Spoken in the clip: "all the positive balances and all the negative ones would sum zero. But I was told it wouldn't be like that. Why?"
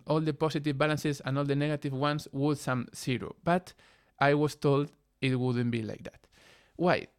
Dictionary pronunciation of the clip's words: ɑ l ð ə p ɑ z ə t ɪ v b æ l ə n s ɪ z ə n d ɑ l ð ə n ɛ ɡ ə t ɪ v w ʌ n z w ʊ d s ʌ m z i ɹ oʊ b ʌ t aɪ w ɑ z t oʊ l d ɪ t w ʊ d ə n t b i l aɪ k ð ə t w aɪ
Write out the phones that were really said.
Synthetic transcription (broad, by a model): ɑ l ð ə p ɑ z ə t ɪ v b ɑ l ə n s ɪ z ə n ɑ l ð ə n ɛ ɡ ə t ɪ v w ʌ n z w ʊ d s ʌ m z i ɹ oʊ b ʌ t aɪ w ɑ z t oʊ l d ɪ t w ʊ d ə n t b i l aɪ k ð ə t w aɪ